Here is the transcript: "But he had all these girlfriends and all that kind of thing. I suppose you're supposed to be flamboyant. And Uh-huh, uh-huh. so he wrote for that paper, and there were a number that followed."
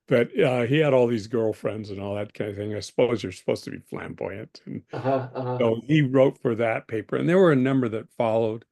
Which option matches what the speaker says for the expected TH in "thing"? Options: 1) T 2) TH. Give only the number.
2